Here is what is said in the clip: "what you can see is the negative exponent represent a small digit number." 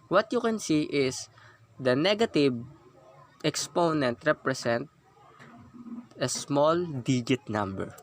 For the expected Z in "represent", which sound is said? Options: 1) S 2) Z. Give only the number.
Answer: 1